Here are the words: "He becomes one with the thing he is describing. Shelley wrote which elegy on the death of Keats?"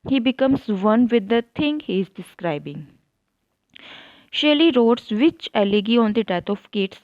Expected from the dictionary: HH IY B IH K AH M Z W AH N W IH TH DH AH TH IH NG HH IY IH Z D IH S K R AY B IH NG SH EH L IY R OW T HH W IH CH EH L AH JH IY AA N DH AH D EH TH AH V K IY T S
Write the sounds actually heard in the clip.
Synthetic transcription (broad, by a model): HH IY B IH K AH M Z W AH N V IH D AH T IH NG HH IY IH Z D IH S K R AY B IH NG SH EH L IY R OW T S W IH CH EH L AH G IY AA N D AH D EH T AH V K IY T S